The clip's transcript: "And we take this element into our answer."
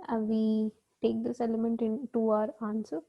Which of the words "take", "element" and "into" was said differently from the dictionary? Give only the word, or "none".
none